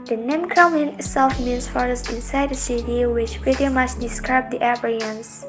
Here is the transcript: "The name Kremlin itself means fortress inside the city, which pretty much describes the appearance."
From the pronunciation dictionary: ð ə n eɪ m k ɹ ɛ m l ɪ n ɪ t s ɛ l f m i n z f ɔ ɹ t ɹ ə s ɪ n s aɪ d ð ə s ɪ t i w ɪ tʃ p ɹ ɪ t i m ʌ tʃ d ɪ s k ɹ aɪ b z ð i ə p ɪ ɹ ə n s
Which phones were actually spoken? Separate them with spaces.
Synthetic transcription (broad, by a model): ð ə n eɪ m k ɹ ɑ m ɪ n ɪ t s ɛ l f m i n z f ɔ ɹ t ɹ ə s ɪ n s aɪ d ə s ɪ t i w ɪ tʃ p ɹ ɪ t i m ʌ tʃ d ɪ s k ɹ aɪ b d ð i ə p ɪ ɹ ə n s